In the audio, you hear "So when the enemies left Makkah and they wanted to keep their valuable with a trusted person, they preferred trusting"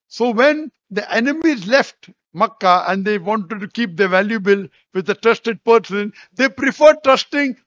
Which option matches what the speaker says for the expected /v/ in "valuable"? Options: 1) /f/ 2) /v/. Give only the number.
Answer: 2